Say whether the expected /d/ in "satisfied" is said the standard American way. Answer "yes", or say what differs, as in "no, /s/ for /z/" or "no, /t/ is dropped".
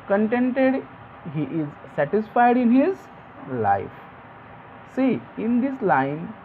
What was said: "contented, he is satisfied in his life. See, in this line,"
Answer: yes